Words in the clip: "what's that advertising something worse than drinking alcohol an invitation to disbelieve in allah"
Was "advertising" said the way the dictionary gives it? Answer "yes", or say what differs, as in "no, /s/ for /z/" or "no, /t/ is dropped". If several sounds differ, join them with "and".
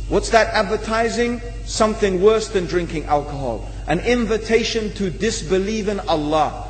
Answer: yes